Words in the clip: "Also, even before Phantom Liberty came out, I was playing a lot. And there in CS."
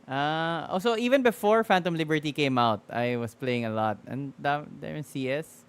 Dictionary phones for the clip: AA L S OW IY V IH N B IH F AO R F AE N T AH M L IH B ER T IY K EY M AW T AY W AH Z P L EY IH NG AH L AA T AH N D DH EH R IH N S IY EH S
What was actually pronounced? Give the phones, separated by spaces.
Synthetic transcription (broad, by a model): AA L S OW IY V IH N B IH F AO R F AE N T AH M L IH B ER T IY K EY M AW T AY W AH S P L EY IH NG AH L AA T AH N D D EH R IH N S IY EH S